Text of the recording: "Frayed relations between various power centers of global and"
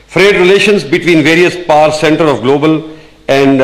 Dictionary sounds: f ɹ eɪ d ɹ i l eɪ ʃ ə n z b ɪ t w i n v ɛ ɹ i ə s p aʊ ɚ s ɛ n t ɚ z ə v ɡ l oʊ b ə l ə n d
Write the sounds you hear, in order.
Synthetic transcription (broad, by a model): f ɹ eɪ d ɹ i l eɪ ʃ ə n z b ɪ t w i n v ɛ ɹ i ə s p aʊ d s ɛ n t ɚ ə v ɡ l oʊ b ə l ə n d